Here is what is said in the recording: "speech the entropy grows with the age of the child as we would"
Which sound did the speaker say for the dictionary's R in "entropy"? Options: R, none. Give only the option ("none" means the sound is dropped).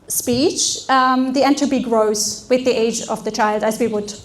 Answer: none